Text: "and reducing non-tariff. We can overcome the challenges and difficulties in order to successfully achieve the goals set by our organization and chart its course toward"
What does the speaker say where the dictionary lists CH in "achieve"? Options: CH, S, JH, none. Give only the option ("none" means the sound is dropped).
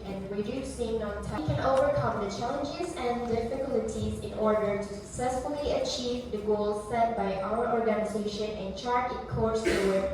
CH